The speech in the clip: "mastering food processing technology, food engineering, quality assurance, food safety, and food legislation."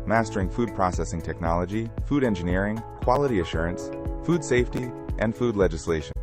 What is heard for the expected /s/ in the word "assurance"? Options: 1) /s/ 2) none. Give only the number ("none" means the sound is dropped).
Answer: 1